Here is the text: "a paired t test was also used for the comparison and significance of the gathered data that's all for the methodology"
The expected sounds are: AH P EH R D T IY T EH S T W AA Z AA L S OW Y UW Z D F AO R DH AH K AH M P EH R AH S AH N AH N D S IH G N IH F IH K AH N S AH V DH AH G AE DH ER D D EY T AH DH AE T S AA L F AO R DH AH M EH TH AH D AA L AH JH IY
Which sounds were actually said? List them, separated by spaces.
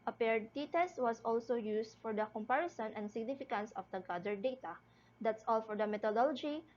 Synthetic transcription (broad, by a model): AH P EH R D T IY T EH S T W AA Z AA L S OW Y UW S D F AO R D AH K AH M P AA R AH S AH N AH N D S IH G N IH F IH K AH N S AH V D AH G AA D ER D D EY T AH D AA T S AA L F AO R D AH M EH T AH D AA L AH JH IY